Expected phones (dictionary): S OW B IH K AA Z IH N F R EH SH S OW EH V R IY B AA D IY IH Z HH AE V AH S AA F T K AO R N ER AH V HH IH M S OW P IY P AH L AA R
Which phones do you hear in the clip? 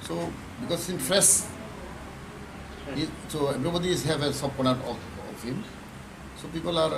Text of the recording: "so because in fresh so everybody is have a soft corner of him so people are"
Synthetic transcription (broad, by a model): S OW B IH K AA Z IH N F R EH S S OW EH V R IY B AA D IY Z HH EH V AH S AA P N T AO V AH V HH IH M S OW P IY P AH L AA R